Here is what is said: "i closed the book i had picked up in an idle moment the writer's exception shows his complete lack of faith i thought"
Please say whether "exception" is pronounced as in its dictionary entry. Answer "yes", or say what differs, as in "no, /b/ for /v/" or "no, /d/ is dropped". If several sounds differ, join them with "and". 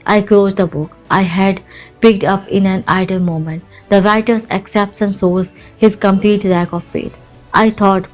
no, /s/ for /ʃ/